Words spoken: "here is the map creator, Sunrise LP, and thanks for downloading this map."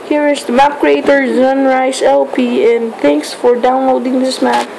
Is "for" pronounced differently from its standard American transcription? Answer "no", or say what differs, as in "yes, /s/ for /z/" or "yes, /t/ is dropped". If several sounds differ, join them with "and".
no